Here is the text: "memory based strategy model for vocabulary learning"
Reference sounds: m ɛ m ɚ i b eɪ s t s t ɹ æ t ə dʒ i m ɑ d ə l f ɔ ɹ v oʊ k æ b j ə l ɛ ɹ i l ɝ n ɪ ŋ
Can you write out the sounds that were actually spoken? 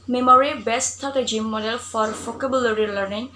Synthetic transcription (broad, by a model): m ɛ m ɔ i b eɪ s s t ɔ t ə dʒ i m ɑ d ə l f ɔ ɹ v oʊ k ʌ b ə l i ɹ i l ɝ n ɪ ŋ